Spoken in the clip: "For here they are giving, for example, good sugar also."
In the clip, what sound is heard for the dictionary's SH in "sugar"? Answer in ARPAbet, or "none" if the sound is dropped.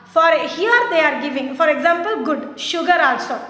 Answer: SH